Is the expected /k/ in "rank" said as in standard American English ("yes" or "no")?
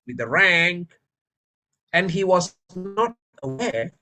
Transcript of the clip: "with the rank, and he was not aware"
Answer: yes